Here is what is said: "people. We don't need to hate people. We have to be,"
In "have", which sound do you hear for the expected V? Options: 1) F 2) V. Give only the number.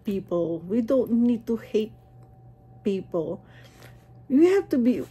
1